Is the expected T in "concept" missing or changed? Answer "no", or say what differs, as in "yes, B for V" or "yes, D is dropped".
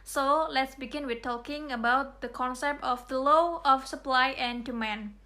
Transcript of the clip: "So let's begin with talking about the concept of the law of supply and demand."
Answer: no